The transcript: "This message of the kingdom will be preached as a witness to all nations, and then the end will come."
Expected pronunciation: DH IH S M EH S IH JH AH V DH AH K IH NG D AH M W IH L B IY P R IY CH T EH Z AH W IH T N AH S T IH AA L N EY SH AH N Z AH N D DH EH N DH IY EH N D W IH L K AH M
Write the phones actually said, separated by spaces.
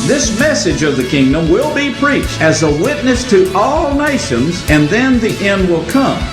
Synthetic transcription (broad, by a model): DH IH S M EH S IH JH AH V DH AH K IH NG D AH M W IH L B IY P R IY CH T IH Z AH W IH T N AH S T IH AA L N EY SH AH N Z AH N DH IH N DH IY EH N D W IH L K AH M